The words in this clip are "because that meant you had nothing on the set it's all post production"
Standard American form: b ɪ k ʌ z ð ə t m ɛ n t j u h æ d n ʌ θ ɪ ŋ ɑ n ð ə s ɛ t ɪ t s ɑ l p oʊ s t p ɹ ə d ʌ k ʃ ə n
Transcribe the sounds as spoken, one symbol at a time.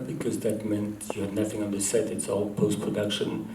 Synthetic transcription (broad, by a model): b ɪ k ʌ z ð ə t m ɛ n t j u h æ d n ʌ θ ɪ ŋ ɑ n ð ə s ɛ t ɪ t s ɑ l p oʊ s t p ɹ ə d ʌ k ʃ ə n